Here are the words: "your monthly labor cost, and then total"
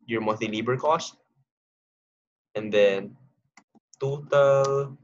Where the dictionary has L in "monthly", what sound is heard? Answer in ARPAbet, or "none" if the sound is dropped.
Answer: none